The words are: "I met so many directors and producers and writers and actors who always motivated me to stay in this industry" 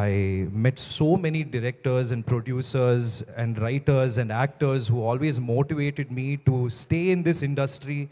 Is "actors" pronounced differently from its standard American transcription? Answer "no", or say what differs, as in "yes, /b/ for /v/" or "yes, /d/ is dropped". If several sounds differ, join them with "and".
no